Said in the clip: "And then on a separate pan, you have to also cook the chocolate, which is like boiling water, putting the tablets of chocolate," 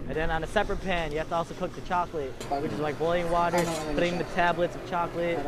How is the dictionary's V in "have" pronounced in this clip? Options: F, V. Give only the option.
F